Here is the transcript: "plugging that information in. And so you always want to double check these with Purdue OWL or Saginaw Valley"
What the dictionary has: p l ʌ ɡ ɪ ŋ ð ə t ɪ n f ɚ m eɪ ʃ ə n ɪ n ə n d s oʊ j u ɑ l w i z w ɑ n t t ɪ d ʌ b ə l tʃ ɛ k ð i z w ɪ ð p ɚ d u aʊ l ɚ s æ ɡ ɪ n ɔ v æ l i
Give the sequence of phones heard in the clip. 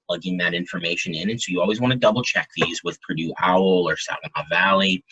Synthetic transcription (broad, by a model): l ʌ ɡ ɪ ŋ ð ə t ɪ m f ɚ m eɪ ʃ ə n ɪ n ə n s oʊ j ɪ ɑ l w i z w ɑ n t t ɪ d ʌ b l tʃ ɛ k ð i z w ɪ ð p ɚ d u aʊ l ɚ s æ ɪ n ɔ v æ l i